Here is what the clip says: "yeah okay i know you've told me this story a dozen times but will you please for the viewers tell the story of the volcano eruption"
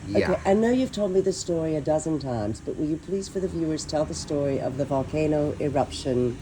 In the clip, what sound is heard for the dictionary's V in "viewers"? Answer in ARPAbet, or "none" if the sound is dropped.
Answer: V